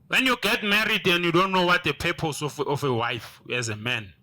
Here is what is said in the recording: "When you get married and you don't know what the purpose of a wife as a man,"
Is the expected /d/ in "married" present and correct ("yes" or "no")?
yes